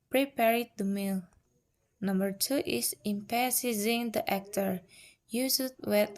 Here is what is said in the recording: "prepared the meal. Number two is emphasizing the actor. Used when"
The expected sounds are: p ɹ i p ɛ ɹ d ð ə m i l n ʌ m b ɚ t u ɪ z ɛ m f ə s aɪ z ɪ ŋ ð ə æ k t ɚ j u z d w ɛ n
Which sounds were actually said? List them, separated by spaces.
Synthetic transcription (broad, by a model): p ɹ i p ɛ ɹ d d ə m i l n ʌ m b ɚ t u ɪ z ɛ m p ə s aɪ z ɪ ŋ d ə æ k t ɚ j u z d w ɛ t